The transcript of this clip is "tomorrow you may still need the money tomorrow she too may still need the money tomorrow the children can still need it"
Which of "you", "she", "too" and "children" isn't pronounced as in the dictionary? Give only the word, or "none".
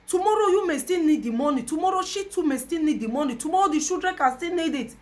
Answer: children